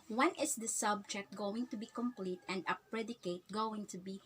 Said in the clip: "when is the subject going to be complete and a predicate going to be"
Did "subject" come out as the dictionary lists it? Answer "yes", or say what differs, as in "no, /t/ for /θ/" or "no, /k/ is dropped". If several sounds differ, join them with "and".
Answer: yes